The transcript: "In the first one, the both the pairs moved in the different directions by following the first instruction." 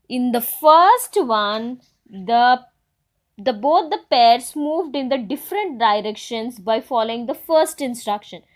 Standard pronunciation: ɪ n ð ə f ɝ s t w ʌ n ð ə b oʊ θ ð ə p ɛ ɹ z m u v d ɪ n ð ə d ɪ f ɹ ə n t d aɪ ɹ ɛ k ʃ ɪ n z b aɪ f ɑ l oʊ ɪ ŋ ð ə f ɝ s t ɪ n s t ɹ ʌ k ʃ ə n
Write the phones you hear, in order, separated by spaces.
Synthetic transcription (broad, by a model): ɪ n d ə f ɝ s t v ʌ n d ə b oʊ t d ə p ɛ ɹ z m u v d ɪ n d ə d ɪ f ɹ ə n t d aɪ ɹ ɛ k ʃ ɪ n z b aɪ f ɑ l oʊ ɪ ŋ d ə f ɝ s t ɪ n s t ɹ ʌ k ʃ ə n